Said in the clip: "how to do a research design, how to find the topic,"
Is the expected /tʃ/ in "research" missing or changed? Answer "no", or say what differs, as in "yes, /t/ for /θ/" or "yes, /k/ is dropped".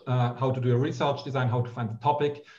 no